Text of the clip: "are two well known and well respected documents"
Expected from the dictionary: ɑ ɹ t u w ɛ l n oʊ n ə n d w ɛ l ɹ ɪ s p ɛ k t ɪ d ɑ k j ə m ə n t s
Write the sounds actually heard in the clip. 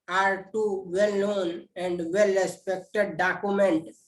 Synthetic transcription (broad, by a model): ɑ ɹ t u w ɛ l n oʊ n ə n d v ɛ l ɹ ɪ s p ɛ k t ɪ d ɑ k j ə m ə n t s